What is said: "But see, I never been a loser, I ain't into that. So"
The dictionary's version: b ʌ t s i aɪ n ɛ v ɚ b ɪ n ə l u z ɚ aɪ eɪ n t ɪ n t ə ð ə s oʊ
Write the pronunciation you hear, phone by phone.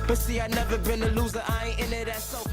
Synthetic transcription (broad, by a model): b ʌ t s i aɪ n ɛ v ɚ b ɪ n ə l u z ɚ aɪ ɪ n ɪ t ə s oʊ